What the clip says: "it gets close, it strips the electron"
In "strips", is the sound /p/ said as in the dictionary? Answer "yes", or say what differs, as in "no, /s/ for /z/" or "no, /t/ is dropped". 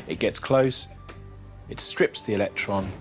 yes